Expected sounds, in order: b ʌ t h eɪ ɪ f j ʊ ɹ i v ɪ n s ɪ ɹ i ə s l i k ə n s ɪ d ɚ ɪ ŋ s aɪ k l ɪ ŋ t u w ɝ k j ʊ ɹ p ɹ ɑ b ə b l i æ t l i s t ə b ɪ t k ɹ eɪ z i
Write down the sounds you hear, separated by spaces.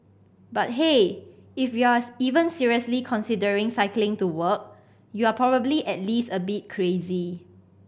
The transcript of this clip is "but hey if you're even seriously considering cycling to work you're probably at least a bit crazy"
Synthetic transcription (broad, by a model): b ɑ t h eɪ ɪ f j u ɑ i v ɪ n s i ɹ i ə s l i k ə n s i d ɚ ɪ ŋ s aɪ k l ɪ ŋ t u w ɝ k j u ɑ p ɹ ɑ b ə b l i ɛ t l i s t ə b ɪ t k ɹ eɪ z i